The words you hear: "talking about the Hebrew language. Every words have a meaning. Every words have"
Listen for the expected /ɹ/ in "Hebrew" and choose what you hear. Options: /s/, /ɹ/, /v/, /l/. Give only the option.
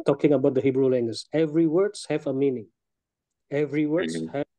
/ɹ/